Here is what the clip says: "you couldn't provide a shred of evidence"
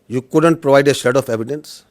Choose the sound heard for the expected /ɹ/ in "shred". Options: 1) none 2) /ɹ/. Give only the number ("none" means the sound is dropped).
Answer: 1